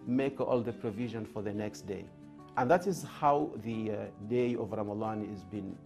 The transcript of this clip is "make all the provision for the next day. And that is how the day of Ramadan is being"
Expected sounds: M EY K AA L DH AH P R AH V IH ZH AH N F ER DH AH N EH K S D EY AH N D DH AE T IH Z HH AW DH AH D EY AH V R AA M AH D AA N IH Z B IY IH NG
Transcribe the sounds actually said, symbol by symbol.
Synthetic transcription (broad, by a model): M EY K AA L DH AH P R AH V IH ZH AH N F ER DH AH N EH K S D EY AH N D DH AE T IH Z HH AW DH AH D EY AH V R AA M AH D AA N IH Z B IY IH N